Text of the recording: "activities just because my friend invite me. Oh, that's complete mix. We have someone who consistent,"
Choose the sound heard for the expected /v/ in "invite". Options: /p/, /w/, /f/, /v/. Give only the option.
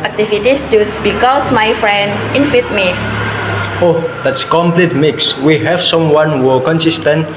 /f/